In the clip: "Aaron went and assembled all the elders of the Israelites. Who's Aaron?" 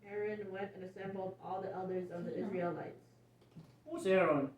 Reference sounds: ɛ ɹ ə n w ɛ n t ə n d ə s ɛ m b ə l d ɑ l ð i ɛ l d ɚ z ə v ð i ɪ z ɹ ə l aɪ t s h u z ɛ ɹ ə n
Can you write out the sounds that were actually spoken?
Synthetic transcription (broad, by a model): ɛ ɹ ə n w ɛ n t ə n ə s ɛ m b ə l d ɑ l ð i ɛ l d ɚ z ə v ð i ɪ z ɹ ə l aɪ t s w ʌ s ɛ ɹ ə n